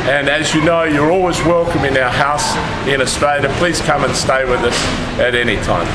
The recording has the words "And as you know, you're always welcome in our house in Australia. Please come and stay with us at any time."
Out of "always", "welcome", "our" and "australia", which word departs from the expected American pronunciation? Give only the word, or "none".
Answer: none